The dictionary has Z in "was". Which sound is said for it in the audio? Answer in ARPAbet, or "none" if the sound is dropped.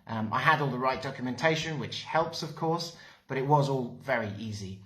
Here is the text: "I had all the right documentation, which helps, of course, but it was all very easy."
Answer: Z